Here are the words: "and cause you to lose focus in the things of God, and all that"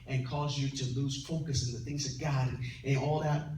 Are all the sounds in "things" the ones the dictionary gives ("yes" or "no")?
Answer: yes